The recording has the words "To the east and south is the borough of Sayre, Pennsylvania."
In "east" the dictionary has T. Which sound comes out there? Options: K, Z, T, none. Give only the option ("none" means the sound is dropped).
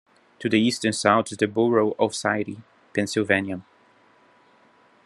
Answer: T